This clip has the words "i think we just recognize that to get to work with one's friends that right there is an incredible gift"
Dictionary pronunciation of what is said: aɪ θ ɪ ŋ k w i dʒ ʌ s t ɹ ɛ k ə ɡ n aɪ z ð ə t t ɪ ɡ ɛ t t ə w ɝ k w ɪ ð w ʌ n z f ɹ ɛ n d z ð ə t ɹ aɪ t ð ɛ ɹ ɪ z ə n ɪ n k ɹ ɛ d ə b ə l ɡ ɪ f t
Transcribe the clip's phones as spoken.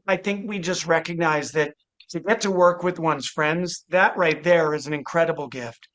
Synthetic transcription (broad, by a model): aɪ θ ɪ ŋ k w i dʒ ʌ s t ɹ ɛ k ə ɡ n aɪ z ð ə t t ɪ ɡ ɛ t t ə w ɝ k w ɪ ð w ʌ n z f ɹ ɛ n d z ð ə t ɹ aɪ t ð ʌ ɹ ɪ z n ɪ n k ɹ ɛ d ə b l ɡ ɪ f t